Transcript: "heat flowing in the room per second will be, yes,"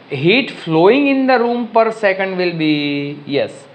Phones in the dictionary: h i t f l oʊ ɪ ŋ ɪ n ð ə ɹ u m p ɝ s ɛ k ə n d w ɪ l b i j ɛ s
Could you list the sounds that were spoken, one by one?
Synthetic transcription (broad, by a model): h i t f l oʊ ɪ ŋ ɪ n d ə ɹ u m p ɝ s ɛ k ə n d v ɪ l b i j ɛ s